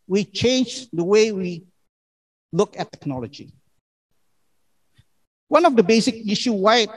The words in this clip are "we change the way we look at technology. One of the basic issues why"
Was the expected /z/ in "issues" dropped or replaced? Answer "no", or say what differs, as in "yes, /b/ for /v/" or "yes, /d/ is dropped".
yes, /z/ is dropped